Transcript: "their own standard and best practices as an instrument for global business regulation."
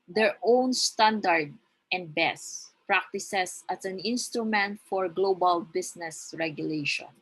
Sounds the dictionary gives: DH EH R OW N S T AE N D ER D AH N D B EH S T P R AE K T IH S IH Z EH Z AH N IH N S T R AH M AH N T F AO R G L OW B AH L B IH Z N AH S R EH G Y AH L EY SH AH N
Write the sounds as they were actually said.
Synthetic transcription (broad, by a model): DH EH R OW N S T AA N D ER D AH N D B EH S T P R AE K T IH S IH S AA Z AH N IH N S T R AH M AH N T F AO R G L OW B AH L B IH S N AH S R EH G Y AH L EY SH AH N